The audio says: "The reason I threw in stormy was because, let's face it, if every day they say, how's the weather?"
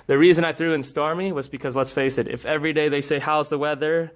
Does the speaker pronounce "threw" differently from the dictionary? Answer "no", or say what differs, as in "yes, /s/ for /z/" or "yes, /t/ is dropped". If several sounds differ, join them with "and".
no